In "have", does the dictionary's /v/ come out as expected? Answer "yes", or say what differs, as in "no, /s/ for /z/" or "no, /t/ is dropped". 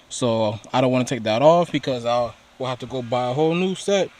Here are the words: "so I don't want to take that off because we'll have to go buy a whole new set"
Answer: no, /f/ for /v/